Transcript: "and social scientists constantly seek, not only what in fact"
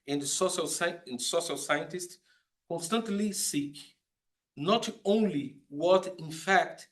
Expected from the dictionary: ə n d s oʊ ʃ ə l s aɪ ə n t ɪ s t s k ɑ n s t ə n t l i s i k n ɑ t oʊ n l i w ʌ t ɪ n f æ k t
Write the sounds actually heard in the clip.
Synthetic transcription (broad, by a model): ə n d s oʊ ʃ ə l s aɪ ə n t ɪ s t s k ɑ n s t ə n t l i s i k n ɑ t oʊ n l i w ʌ t ɪ n f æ k t